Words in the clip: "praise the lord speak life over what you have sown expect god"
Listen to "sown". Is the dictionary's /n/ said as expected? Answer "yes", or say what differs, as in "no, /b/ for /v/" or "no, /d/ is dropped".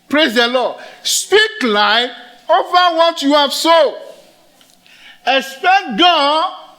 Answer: no, /n/ is dropped